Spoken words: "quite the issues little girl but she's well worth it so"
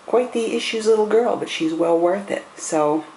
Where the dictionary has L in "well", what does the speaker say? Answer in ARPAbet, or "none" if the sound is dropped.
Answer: L